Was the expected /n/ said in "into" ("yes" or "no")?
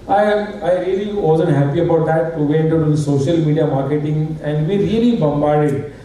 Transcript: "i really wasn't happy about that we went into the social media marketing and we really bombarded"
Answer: no